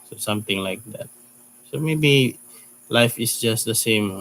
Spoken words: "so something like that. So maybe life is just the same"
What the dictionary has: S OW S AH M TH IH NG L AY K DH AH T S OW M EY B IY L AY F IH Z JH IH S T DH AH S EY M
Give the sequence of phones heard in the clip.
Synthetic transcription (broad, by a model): S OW S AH M T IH NG L AY K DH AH T S OW M EY B IY L AY F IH S JH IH S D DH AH S EY M